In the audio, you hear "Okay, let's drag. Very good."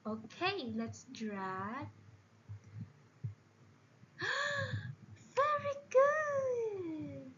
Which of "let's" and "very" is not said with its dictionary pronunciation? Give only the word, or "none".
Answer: none